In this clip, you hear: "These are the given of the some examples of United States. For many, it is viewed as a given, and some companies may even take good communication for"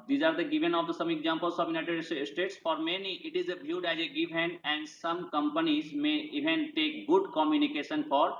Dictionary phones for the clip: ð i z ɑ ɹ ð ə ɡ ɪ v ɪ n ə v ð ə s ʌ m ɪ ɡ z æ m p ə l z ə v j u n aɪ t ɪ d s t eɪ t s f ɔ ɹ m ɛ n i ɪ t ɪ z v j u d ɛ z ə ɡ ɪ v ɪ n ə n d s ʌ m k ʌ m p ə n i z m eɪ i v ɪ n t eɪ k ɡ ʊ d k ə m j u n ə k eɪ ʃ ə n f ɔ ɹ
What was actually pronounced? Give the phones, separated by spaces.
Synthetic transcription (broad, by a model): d i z ɑ ɹ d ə ɡ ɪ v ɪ n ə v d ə s ʌ m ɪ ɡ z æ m p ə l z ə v j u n aɪ t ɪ d s t eɪ t s f ɔ ɹ m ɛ n i ɪ t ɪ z b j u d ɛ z ə ɡ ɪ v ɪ n ə n d s ʌ m k ʌ m p ə n i z m eɪ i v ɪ n t eɪ k ɡ ʊ d k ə m j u n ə k eɪ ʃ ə n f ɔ ɹ